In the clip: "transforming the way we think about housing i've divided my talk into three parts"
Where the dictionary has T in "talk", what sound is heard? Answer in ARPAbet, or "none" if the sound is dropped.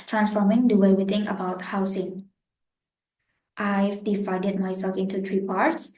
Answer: S